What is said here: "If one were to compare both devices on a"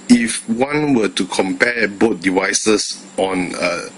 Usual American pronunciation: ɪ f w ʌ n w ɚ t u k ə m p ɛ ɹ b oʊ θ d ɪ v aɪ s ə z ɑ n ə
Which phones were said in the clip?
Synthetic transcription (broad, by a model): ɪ f w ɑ n w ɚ t u k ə m p ɛ b oʊ t d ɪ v aɪ s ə s ɑ n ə